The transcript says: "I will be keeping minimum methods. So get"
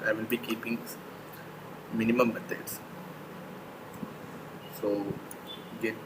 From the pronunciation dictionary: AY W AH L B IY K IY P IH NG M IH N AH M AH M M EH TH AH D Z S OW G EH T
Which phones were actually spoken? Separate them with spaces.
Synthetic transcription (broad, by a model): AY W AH N B IY K IY P IH NG M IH N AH M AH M M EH T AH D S S OW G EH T